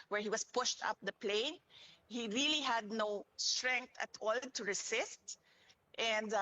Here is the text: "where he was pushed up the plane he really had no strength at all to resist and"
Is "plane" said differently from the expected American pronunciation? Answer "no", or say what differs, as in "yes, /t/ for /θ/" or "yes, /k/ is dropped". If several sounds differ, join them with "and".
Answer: no